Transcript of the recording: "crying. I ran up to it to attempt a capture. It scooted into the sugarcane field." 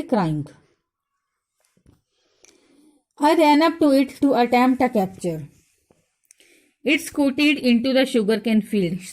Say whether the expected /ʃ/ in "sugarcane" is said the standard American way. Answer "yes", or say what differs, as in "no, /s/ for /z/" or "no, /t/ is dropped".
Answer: yes